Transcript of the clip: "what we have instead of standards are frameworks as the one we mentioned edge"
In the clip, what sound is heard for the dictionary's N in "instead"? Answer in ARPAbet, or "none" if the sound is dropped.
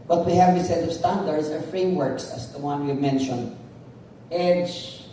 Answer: none